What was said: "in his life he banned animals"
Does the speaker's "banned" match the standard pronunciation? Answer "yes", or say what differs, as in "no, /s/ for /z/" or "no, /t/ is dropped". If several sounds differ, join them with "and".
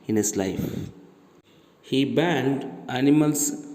yes